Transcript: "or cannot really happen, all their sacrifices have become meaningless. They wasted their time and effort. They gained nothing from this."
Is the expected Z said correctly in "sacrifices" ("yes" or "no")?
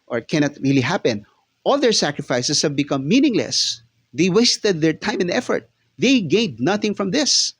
no